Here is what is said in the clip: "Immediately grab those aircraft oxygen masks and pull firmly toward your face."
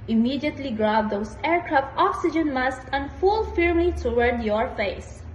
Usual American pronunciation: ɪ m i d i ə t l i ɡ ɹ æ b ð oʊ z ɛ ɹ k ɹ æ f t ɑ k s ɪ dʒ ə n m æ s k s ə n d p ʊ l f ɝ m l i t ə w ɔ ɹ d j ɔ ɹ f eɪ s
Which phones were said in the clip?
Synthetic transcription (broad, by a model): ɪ m i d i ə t l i ɡ ɹ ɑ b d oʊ s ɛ ɹ k ɹ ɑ f t ɑ k s ɪ dʒ ə n m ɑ s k ə n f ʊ l f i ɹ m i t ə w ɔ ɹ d j ɔ ɹ f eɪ s